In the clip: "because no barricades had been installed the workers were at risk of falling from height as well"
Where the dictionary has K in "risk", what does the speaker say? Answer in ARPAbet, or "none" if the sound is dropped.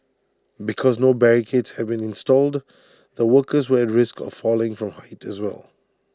K